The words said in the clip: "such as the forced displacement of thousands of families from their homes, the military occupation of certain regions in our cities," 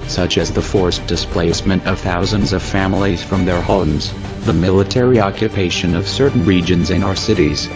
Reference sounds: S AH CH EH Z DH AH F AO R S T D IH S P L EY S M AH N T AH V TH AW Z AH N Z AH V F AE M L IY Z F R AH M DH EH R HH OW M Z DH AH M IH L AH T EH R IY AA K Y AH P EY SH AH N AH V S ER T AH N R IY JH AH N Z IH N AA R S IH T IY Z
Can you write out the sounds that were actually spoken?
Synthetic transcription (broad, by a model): S AH CH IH Z DH AH F AO R S D IH S P L EY S M AH N T AH V TH AW Z AH N Z AH V F AE M L IY Z F R AH M DH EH R HH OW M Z DH AH M IH L AH T EH R IY AA K Y AH P EY SH AH N AH V S ER T N R IY JH AH N Z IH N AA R S IH T IY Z